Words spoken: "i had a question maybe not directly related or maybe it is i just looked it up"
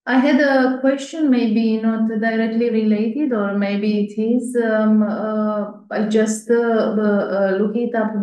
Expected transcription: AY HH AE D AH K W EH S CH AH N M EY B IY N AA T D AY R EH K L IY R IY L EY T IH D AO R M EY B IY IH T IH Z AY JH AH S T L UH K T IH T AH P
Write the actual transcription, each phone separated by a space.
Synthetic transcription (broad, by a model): AY HH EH D AH K W EH S CH AH N M EY B IY N AA T D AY R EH K L IY R IY L EY T IH D AO R M EY B IY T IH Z AY JH AH S T L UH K IH T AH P